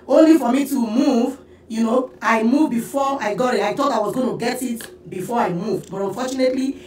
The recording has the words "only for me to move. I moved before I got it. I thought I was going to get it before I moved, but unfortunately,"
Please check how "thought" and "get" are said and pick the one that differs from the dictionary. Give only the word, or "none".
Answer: thought